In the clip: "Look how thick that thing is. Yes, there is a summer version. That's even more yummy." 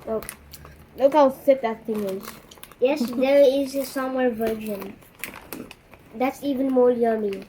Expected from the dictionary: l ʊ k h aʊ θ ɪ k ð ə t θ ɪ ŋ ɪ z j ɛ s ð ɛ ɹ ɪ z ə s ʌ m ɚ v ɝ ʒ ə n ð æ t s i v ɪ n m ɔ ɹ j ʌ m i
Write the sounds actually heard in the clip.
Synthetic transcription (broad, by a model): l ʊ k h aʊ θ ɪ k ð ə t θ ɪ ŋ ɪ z j ɛ s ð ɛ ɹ ɪ z ə s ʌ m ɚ v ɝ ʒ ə n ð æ t s i v ɪ n m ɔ l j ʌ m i